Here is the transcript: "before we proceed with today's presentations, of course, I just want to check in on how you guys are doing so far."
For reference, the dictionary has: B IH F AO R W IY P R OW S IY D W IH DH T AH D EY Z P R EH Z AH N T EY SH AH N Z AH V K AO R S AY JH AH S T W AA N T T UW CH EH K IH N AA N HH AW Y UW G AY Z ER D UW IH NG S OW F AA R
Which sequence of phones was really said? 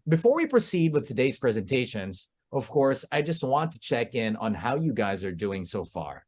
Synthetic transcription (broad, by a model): B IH F AO R W IY P R OW S IY D W IH DH T AH D EY Z P R EH Z AH N T EY SH AH N Z AH V K AO R S AY JH AH S T W AA N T T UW CH EH K IH N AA N HH AW Y UW G AY Z ER D UW IH NG S OW F AA R